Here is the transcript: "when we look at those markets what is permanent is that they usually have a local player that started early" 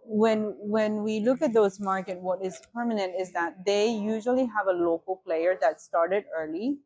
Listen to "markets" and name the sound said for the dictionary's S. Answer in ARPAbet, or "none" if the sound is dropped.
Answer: none